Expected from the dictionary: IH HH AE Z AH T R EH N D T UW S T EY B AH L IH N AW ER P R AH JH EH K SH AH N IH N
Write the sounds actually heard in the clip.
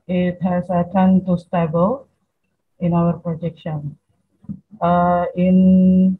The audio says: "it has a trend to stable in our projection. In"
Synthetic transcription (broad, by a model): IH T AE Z AH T AA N T UW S T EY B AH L IH N AW ER P R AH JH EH K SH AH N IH N